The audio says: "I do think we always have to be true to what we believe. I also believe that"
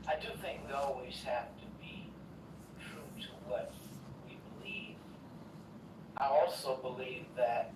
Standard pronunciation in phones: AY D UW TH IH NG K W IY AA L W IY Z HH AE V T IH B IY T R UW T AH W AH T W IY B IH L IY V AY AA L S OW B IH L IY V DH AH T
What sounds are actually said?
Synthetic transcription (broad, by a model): AY D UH TH IH NG K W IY AA L W IY Z HH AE F T IH B IY T R UW T AH W AH T W IY B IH L IY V AY AA L S OW B IH L IY V DH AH T